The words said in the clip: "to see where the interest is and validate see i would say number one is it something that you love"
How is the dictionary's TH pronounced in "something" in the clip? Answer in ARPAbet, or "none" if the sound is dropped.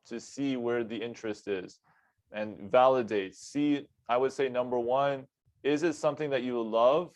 TH